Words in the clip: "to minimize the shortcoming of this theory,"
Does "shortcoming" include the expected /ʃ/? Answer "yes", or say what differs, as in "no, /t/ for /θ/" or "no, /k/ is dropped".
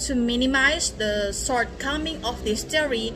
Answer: no, /s/ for /ʃ/